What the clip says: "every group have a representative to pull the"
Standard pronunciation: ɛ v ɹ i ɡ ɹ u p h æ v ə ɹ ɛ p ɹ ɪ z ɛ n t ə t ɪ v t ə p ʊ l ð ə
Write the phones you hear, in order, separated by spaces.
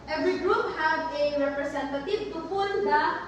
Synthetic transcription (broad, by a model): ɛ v ɹ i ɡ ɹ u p h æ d ə ɹ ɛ p ɹ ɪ s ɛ n t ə t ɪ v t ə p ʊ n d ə